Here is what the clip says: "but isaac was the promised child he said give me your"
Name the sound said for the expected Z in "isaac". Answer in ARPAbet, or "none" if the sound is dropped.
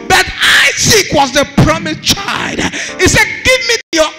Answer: S